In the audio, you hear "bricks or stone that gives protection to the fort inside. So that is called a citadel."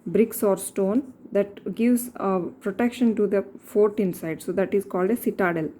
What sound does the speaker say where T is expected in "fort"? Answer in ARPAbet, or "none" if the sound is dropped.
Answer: T